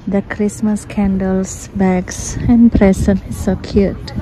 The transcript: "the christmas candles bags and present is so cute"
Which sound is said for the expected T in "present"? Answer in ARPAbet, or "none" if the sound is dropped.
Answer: none